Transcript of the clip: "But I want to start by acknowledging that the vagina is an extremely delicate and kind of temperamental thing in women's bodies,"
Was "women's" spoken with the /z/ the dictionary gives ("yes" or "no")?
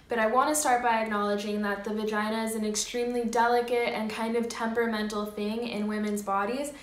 yes